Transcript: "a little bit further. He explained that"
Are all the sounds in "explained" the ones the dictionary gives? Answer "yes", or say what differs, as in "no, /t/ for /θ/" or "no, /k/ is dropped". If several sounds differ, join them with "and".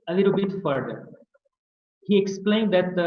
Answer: yes